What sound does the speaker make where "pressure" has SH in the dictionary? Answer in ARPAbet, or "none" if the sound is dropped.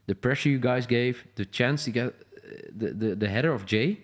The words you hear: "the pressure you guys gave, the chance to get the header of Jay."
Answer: SH